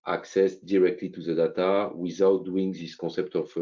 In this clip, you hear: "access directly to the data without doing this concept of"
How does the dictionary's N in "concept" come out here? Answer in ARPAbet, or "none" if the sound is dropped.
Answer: none